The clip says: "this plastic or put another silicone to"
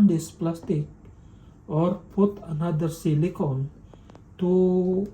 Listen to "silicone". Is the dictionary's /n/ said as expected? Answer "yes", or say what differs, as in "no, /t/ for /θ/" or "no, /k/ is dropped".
no, /l/ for /n/